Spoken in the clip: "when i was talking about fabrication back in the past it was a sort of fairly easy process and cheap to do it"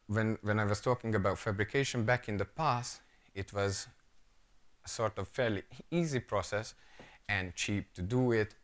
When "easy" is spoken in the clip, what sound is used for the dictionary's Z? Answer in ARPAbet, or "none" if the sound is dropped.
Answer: Z